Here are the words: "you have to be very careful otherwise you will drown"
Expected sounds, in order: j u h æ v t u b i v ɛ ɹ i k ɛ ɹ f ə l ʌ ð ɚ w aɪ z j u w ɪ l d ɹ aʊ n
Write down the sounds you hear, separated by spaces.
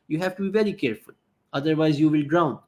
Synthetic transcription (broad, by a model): j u h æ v t u b i v ɛ ɹ i k ɛ ɹ f ə l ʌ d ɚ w aɪ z j u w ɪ l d ɹ aʊ n